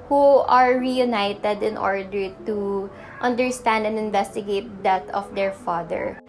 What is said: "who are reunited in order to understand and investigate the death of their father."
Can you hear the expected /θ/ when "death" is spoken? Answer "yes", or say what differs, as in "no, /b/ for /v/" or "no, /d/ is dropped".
no, /t/ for /θ/